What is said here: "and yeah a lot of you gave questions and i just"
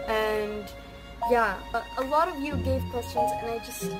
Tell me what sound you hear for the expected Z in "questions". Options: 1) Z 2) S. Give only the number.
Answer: 1